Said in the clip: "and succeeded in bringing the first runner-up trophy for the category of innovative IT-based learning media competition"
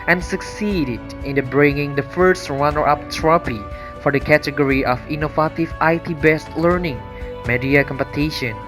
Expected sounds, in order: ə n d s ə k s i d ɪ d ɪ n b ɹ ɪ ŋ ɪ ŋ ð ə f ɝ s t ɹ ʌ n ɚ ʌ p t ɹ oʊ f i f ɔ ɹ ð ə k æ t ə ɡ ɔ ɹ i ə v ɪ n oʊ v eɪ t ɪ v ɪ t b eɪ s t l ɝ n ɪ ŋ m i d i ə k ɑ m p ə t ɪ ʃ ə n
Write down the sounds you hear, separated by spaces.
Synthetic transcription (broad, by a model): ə n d s ə k s i d ɪ d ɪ n b ɹ ɪ ŋ ɪ ŋ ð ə f ɝ s t ɹ ʌ n ɚ ʌ p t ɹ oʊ p i f ɔ ɹ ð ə k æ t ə ɡ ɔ ɹ i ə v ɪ n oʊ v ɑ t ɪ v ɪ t b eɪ s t l ɝ n ɪ ŋ m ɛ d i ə k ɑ m p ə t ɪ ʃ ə n